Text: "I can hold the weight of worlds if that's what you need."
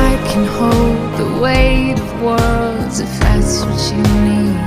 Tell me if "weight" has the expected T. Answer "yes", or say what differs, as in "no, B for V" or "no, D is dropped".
no, T is dropped